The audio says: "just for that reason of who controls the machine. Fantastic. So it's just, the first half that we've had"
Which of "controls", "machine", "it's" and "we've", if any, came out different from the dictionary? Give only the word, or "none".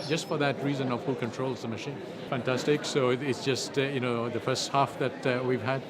none